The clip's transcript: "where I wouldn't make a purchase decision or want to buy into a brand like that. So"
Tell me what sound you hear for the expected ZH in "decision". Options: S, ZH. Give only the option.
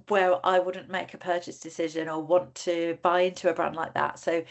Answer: ZH